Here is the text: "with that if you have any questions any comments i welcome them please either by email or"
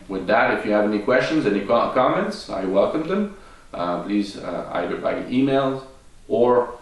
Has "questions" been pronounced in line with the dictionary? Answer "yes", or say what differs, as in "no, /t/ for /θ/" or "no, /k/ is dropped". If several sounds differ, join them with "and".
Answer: yes